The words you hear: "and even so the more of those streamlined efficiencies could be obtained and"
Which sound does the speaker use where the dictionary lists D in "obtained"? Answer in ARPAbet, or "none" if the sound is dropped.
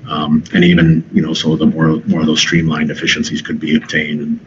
D